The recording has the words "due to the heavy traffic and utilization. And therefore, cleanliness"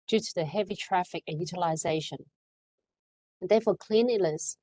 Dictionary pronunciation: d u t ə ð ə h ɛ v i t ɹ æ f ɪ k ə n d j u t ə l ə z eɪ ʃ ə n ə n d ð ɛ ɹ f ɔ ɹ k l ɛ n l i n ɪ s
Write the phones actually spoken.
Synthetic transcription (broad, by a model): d u t ə ð ə h ɛ v i t ɹ æ f ɪ k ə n j u t ə l ə z eɪ ʃ ə n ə n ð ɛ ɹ f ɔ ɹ k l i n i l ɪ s